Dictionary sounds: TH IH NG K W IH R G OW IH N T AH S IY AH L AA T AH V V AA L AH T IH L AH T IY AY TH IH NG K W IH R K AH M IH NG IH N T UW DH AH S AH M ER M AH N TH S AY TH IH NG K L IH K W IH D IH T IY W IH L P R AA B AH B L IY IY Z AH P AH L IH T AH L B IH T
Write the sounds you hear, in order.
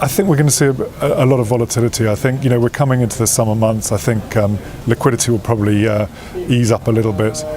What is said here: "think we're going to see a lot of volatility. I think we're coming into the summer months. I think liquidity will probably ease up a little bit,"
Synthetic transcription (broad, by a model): TH IH NG K W IH R G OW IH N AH S IY AH L AA T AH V V AA L AH T IH L AH T IY AY TH IH NG K W IH R K AH M IH NG IH N T UW DH AH S AH M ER M AH N TH S AY TH IH NG K L IH K W IH D IH T IY W IH L P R AA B AH B L IY IY Z AH P AH L IH T L B IH T